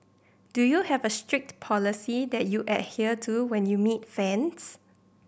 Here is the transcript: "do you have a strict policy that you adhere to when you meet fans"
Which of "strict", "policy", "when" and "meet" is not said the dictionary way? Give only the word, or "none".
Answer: none